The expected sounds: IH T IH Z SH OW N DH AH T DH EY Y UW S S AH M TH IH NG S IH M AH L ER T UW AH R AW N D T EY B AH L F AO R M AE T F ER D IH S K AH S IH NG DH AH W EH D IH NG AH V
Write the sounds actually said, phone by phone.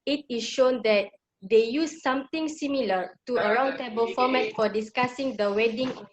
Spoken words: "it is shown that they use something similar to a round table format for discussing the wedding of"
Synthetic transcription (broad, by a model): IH T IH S SH OW N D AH T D EY Y UW S S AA M T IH NG S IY M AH L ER T UW AH R AW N T EY B AH L F AO M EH T F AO D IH S K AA S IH NG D AH W EH D IH NG